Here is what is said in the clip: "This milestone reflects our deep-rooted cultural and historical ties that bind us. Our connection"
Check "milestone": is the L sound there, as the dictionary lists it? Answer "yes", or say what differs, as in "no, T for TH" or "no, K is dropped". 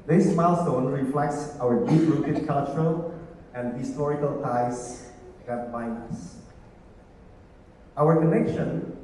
yes